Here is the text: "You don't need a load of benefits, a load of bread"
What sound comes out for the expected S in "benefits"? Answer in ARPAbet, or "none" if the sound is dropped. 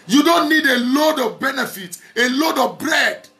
none